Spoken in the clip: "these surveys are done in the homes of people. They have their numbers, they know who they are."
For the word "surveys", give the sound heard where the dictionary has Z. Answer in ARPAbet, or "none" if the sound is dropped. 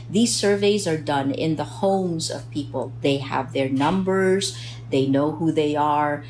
Z